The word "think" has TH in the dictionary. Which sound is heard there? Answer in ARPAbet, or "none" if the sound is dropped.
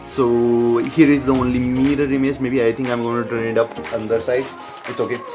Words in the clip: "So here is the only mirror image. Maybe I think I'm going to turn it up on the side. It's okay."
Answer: T